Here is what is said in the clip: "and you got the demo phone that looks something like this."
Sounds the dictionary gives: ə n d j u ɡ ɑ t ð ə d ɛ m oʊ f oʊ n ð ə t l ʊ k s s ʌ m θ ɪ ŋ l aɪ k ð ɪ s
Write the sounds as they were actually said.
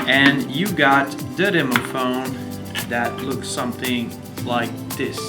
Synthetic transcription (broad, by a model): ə n j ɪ ɡ ɑ t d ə d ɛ m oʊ f oʊ n ð ə t l ʊ k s s ʌ m θ ɪ ŋ l aɪ k ð ɪ s